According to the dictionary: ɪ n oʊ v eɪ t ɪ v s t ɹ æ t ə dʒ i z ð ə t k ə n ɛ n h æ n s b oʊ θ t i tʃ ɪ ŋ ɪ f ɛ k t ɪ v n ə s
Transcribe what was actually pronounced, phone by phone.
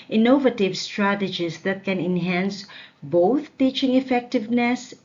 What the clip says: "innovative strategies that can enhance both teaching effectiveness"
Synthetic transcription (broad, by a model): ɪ n oʊ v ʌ t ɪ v s t ɹ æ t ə dʒ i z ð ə t k ə n ɛ n h æ n s b oʊ t t i tʃ ɪ ŋ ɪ f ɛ k t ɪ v n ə s